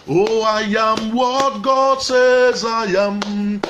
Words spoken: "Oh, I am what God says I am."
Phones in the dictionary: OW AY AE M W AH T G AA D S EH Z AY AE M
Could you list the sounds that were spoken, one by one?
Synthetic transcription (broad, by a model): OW AY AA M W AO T G AA D S EH Z AY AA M